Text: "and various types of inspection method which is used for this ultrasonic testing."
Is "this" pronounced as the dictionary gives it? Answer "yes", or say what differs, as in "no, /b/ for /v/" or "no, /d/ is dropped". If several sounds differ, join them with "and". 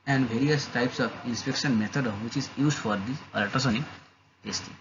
no, /s/ is dropped